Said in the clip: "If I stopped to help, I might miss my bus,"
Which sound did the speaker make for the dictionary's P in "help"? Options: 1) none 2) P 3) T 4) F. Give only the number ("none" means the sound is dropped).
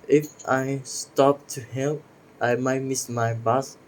1